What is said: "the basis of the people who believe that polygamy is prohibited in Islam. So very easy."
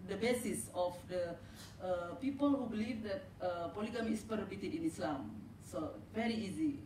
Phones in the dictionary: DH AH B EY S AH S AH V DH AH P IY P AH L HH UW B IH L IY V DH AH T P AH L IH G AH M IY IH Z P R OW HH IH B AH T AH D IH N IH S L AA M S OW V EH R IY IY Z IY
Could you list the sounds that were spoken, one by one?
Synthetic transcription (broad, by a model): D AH B EY S AH S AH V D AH P IY P AH L HH UW B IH L IY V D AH T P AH L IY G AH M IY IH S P OW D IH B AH T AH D IH N IH S L AA M S OW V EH R IY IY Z IY